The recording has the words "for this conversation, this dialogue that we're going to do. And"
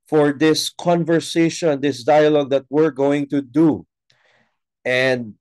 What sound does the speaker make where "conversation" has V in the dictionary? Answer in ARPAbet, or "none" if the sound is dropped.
V